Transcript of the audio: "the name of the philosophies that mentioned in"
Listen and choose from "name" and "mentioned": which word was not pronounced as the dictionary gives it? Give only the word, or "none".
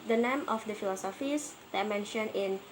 mentioned